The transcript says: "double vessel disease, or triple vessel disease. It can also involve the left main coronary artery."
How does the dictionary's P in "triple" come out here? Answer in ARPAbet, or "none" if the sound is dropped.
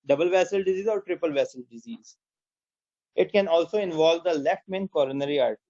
P